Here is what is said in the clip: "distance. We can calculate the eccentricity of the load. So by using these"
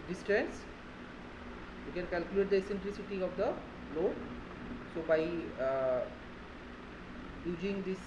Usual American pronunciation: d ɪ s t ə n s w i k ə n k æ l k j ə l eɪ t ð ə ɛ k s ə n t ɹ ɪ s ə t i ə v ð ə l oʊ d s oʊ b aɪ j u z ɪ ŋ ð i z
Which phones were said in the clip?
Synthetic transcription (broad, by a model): d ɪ s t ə n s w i k ə n k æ l k j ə l eɪ t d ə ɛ s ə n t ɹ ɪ s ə t i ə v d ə l oʊ s oʊ b aɪ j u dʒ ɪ ŋ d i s